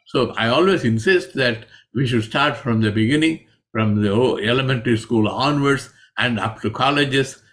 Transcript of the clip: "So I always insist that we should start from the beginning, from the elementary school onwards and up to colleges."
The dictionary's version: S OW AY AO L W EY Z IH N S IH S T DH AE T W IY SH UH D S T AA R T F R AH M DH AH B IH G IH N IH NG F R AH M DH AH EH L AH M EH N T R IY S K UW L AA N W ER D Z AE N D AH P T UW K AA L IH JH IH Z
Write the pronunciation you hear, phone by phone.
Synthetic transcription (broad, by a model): S OW AY AO L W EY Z IH N S IH S T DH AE T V IY SH UH D S T AA R T F R AH M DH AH B IH G IH N IH NG F R AH M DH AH EH L AH M EH N T R IY S K UW L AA N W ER D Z AE N D AH P T UW K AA L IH JH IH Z